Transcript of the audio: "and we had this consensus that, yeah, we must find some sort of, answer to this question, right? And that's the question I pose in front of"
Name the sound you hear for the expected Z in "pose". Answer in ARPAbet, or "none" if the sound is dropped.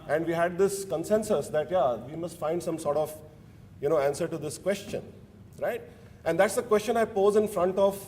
Z